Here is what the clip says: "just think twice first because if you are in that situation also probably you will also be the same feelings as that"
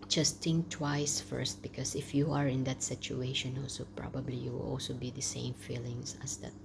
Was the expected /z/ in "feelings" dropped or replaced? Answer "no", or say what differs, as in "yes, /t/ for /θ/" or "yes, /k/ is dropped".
yes, /s/ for /z/